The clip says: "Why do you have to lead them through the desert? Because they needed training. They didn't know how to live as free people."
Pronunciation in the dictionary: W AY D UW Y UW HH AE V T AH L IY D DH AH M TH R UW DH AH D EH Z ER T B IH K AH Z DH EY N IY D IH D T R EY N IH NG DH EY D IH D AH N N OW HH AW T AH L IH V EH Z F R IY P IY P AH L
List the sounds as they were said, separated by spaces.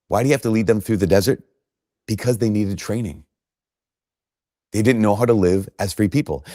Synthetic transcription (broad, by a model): W AY D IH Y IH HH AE F T AH L IY D DH AH M TH R UW DH AH D EH Z ER T B IH K AH Z DH EY N IY D IH D T R EY N IH NG DH EY D IH D N N OW HH AW T AH L IH V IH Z F R IY P IY P L